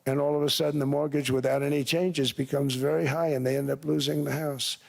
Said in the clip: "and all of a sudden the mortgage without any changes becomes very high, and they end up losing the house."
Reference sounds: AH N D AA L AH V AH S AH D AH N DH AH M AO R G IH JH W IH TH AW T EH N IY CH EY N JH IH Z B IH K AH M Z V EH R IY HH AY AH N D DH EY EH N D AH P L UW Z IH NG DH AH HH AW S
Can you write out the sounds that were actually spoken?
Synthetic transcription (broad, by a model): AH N AA L AH V AH S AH D N DH AH M AO R G IH JH W IH TH AW T EH N IY CH EY N JH IH Z B IH K AH M Z V EH R IY HH AY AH N DH EY EH N D AH P L UW Z IH NG DH AH HH AW S